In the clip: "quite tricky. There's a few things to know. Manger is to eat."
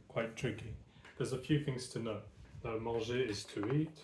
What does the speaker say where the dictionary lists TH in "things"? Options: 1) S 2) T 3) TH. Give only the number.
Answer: 3